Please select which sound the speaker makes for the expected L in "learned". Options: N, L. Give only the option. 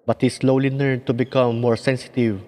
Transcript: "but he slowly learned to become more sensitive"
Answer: N